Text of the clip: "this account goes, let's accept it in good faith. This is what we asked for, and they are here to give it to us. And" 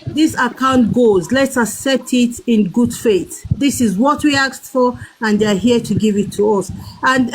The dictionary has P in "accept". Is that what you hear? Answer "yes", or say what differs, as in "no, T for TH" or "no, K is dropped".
no, P is dropped